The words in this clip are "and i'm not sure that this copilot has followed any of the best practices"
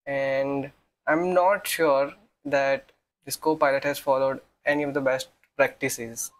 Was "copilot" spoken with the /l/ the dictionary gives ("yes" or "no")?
yes